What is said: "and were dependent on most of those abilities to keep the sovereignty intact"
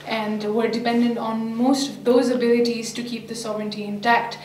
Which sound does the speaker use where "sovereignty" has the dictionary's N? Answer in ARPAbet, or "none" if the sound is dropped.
N